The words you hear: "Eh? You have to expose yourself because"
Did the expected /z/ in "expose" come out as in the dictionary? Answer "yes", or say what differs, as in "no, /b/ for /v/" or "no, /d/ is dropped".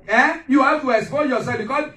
no, /z/ is dropped